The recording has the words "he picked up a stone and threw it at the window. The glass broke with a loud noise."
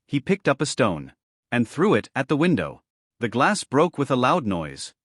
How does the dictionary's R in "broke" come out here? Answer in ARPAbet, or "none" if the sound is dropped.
R